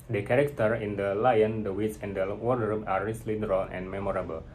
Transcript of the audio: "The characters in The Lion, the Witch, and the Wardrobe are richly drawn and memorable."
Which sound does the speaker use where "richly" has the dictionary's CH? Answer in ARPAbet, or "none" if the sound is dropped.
S